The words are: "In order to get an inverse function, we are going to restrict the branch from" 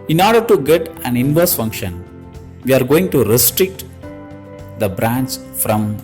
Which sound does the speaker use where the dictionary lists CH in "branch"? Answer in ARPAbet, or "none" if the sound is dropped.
S